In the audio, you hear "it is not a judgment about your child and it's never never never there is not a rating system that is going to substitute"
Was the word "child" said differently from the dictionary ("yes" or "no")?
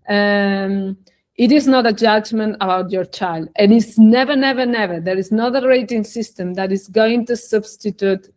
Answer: no